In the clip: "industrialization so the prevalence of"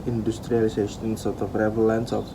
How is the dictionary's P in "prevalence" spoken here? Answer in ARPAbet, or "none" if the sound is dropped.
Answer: F